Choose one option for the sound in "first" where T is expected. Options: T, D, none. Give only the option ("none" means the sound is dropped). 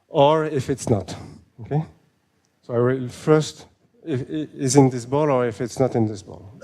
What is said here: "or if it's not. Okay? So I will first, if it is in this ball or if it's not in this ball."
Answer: T